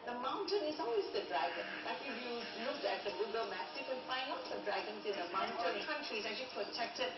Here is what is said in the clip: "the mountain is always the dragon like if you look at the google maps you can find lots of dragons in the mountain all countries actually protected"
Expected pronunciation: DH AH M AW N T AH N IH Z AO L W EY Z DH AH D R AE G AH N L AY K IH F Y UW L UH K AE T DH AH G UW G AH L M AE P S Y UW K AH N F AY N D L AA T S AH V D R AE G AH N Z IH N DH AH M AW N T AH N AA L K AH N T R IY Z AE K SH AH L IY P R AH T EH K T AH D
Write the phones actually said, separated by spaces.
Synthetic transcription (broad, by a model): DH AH M AW N T AH N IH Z AO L W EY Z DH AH D R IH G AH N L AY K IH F Y UW N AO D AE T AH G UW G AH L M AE S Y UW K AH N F AY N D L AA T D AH D R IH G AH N S IH N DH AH M AW N T AH N K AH N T R IY S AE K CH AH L IY P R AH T EH K T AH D